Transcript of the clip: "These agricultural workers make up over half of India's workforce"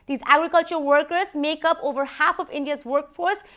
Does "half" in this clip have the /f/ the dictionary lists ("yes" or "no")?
yes